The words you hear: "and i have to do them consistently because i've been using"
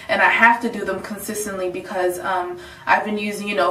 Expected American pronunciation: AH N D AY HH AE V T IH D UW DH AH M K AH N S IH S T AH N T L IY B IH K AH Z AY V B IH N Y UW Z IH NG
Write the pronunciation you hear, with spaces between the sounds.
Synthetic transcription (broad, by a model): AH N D AY HH AE F T IH D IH DH AH M K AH N S IH S T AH N T L IY B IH K AH Z AY V B IH N Y UW Z IH NG